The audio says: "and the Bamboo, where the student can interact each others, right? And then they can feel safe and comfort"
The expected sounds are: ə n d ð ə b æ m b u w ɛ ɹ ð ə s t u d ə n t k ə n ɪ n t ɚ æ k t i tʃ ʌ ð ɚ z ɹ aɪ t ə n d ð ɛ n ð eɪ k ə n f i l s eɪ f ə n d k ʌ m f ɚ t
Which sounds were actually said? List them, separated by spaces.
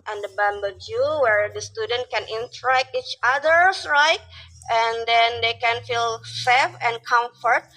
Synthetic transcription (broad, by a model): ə n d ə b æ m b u w ɛ ɹ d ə s t u d ə n t k ə n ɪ n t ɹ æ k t i tʃ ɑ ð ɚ s ɹ aɪ t ə n d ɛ n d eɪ k ə n f i l s eɪ f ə n k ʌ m f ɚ t